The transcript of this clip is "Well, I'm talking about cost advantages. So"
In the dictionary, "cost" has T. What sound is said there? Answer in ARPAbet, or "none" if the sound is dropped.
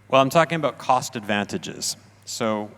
T